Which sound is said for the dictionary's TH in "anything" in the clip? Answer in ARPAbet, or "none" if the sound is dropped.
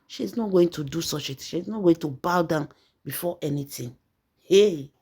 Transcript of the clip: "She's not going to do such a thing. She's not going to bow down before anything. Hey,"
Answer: T